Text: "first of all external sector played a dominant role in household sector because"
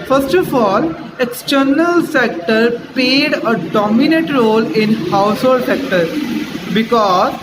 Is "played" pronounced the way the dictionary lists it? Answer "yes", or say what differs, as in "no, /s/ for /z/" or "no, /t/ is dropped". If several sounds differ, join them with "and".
no, /l/ is dropped